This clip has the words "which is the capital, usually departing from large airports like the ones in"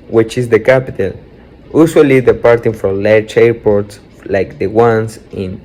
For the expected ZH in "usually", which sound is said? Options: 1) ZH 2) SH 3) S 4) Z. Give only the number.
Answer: 3